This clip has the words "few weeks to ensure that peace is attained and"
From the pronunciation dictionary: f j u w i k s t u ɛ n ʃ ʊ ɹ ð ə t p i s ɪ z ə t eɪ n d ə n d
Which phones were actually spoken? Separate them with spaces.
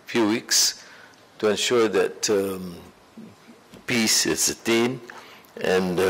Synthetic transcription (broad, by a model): f j u w i k s t u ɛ n ʃ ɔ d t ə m p i s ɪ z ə t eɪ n ə n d